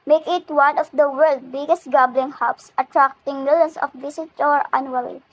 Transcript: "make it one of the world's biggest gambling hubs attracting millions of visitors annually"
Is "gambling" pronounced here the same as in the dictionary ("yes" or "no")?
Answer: no